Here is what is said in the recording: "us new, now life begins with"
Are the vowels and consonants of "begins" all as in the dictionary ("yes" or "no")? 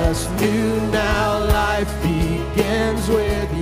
yes